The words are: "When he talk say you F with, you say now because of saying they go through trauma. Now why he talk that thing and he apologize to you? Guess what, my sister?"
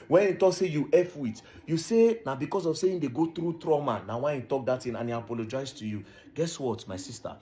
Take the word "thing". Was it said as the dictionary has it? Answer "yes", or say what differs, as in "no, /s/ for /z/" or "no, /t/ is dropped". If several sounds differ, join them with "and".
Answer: no, /t/ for /θ/